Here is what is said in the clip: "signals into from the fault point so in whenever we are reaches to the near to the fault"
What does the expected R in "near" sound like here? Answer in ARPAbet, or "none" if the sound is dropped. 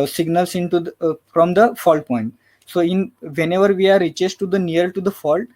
L